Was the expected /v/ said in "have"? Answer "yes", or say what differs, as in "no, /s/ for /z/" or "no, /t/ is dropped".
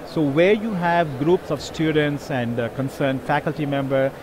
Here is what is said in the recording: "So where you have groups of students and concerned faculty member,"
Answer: yes